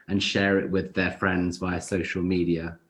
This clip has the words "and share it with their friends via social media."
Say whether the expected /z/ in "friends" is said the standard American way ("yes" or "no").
yes